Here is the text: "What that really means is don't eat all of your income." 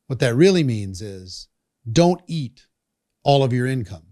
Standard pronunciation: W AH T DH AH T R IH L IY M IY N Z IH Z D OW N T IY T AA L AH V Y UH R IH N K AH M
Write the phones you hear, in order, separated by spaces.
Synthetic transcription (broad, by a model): W AH T DH AH T R IH L IY M IY N Z IH Z D OW N T IY T AA L AH V Y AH R IH N K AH M